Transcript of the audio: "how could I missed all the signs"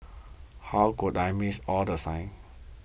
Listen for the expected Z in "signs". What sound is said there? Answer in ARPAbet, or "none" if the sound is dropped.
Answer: none